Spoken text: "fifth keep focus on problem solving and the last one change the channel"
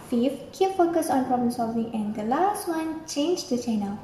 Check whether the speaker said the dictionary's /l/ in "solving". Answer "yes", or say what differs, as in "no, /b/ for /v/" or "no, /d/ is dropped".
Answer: yes